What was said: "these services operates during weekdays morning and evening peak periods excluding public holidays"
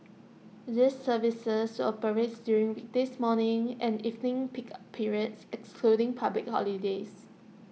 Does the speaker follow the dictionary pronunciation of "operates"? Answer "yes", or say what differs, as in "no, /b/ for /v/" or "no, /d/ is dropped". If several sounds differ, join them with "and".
no, /s/ is dropped